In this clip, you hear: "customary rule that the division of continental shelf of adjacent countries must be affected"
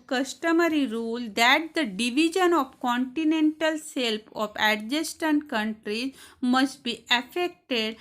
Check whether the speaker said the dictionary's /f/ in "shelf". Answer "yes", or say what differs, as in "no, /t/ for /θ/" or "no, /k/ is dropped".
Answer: no, /p/ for /f/